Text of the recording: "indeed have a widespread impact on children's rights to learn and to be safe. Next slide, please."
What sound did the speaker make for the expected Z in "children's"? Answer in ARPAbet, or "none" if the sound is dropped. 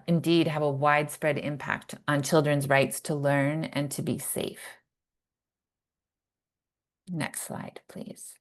Z